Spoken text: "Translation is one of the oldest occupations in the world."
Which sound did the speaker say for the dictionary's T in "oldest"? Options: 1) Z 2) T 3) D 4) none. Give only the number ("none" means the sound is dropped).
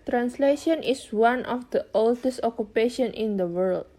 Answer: 2